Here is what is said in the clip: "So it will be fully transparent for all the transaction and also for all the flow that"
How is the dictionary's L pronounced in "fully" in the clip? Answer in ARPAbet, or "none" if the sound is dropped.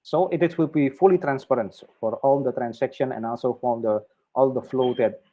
L